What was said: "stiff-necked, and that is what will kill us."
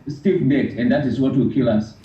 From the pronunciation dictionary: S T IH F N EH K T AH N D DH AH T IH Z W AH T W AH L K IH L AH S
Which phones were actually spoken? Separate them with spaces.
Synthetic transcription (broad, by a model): S T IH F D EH T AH N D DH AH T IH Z W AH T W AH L K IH L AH S